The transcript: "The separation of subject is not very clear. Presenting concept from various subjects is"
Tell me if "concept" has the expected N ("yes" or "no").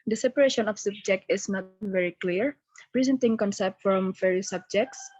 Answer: yes